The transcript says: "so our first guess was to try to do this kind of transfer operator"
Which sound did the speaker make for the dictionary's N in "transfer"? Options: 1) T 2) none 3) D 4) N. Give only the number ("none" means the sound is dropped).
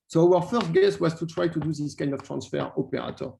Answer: 4